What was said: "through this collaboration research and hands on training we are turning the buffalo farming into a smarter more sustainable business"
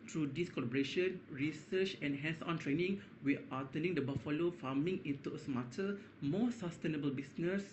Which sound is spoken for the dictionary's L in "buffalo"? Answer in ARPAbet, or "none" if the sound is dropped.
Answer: L